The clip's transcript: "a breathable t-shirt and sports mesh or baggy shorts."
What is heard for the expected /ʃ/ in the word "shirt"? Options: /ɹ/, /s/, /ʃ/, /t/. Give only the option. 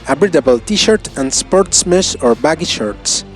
/ʃ/